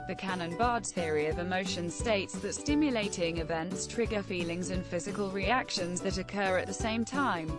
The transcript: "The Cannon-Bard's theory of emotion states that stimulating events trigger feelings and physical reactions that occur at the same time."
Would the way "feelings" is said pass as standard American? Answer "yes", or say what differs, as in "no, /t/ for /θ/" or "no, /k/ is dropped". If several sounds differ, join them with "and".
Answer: yes